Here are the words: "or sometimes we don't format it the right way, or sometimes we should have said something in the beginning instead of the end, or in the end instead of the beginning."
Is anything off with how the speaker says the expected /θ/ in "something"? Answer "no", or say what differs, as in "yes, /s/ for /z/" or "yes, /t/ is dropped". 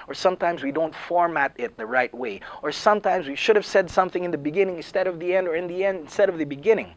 no